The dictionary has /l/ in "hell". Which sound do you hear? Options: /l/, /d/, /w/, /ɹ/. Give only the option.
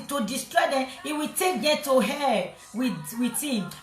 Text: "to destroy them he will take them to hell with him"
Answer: /w/